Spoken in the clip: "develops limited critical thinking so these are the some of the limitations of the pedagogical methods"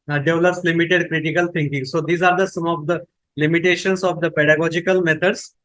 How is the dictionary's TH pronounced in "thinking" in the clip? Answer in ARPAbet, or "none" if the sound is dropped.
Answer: T